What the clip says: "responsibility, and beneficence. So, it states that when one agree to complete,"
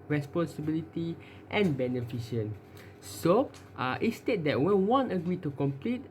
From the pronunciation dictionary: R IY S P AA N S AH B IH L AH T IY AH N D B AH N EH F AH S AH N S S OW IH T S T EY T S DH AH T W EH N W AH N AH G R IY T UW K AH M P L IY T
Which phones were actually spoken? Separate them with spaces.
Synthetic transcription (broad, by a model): R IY S P AA N S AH B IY L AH T IY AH N B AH N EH F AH SH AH N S S OW IH T S T EY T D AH T W EH N W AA N AH G R IY T UW K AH M P L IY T